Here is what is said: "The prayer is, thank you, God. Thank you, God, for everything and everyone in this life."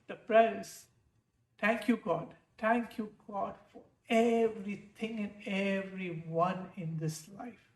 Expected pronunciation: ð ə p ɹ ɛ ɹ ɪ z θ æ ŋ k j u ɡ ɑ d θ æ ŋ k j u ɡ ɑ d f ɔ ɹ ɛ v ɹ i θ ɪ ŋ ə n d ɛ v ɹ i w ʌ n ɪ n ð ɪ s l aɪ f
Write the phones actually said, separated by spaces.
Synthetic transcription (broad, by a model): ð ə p ɹ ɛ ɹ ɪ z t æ ŋ k j u ɡ ɑ d t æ ŋ k j u ɡ ɑ d f ɔ ɹ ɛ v ɹ i t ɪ ŋ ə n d ɛ v ɹ i w ʌ n ɪ n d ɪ s l aɪ f